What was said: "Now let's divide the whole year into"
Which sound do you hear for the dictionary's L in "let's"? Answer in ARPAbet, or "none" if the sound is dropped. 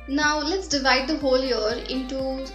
L